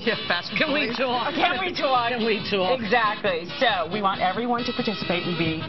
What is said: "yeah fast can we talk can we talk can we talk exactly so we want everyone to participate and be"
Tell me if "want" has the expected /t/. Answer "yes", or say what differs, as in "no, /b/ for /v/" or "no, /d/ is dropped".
yes